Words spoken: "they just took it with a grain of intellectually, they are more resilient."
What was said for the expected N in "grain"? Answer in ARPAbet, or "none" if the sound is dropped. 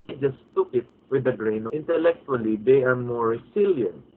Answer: none